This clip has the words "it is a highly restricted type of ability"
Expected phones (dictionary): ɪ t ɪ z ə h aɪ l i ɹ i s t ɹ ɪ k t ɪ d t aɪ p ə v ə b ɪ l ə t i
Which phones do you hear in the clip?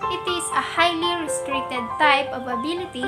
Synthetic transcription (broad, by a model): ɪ t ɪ s ə h aɪ l i ɹ i s t ɹ ɪ k t ɪ d t aɪ p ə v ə b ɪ l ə t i